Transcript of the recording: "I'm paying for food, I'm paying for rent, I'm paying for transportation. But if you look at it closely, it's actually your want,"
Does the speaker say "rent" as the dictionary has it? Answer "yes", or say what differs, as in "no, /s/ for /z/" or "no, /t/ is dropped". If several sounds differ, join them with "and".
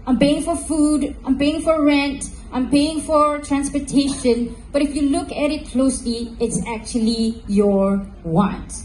yes